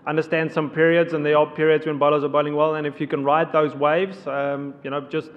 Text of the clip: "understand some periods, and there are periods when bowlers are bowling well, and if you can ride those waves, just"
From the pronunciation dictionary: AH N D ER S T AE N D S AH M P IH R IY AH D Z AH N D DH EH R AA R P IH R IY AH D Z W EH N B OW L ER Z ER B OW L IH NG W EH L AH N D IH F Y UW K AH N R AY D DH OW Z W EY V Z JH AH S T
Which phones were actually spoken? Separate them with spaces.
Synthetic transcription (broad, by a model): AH N D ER S T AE N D S AH M P IH R IY AH D Z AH N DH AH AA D P IH R IY AH D Z W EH N B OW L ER Z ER B OW L IH NG W EH L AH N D IH F Y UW K AH N R AY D DH OW Z W EY V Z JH AH S T